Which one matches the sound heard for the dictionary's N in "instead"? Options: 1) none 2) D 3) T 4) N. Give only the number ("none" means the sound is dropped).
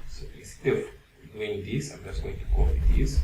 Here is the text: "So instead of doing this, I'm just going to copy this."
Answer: 1